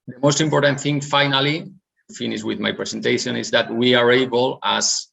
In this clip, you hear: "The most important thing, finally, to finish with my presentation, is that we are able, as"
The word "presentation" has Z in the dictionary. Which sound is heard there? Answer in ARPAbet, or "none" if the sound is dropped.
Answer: S